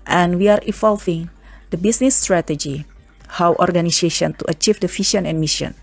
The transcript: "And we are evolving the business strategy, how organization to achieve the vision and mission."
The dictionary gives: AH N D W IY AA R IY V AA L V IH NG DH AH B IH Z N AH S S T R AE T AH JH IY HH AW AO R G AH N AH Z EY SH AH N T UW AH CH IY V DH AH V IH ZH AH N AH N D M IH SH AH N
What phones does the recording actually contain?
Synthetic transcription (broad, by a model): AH N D W IY AA R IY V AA L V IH NG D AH B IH S N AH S S T R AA T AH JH IY HH AW AO R G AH N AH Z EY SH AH N T UW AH CH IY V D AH F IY SH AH N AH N M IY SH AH N